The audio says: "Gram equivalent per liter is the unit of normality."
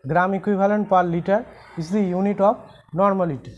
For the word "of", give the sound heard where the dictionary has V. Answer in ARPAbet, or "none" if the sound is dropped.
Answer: P